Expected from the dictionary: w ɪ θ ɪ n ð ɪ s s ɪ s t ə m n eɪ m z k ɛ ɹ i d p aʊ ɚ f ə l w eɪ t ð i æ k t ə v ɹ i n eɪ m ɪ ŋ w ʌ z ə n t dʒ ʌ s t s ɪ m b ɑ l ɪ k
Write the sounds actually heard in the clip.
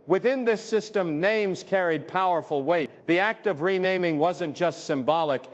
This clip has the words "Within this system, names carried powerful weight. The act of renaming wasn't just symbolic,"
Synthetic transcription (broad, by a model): w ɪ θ ɪ n ð ɪ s s ɪ s t ə m n eɪ m z k ɛ ɹ i d p aʊ ɚ f l w eɪ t ð i æ k t ə v ɹ i n eɪ m ɪ ŋ w ʌ z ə n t dʒ ʌ s t s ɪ m b ɑ l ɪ k